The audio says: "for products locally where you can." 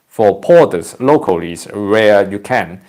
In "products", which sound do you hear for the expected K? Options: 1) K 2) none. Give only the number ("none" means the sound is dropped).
2